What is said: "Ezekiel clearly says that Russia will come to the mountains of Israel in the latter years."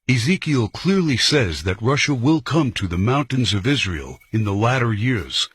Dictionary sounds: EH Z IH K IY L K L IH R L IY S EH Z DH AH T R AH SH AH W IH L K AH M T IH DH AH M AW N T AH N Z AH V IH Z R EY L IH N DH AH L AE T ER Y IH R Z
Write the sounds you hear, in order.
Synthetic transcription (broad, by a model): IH Z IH K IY L K L IH R L IY S EH Z DH AH T R AH SH AH W IH L K AH M T IH DH AH M AW N T AH N Z AH V IH Z R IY L IH N DH AH L AE T ER Y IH R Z